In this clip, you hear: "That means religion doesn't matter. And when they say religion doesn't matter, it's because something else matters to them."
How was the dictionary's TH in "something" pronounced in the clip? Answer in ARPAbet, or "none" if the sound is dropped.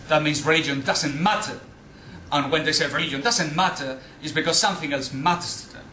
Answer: TH